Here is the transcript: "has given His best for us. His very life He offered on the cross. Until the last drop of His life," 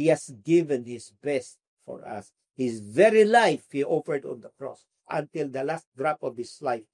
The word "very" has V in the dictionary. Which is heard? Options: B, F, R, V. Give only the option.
V